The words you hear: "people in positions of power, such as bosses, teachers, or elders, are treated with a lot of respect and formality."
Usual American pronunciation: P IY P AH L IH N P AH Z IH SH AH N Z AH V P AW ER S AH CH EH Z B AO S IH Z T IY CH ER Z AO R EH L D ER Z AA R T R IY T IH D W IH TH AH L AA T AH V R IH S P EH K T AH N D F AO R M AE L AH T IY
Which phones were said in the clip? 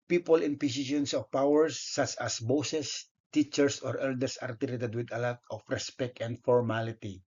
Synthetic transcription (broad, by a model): P IY P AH L IH N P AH S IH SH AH N S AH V P AW ER S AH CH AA S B AO S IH S T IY CH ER S AO R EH L D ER S AA R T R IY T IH D W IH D AH L AA T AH F R IH S P EH K T AH N D F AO R M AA L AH T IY